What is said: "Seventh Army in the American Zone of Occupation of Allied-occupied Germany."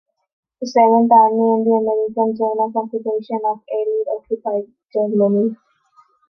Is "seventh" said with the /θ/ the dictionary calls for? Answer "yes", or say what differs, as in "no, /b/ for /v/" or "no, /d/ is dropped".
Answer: no, /t/ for /θ/